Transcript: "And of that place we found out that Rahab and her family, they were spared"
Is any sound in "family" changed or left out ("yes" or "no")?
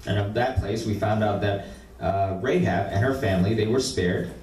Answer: no